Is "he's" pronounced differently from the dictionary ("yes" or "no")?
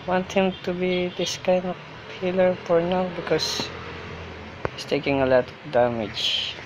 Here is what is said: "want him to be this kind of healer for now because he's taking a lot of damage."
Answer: yes